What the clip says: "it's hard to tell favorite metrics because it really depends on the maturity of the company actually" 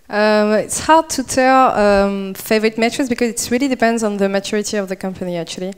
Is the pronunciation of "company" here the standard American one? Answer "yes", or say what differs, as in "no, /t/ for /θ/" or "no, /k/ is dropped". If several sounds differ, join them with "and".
yes